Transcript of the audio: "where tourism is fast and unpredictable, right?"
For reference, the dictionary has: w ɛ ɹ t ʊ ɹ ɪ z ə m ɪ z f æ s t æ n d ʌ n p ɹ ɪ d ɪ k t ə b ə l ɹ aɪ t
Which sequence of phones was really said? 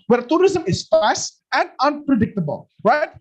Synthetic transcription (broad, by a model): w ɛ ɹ t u ɹ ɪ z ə m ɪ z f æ s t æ n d ʌ n p ɹ ɪ d ɪ k t ə b ə l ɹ aɪ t